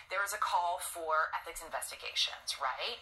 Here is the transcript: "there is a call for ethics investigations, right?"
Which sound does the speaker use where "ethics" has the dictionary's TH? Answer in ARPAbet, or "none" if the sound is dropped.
TH